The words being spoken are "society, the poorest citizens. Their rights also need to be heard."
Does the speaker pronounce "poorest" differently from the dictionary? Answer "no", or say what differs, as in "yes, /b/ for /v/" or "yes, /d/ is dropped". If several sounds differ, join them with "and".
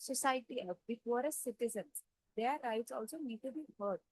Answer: yes, /f/ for /p/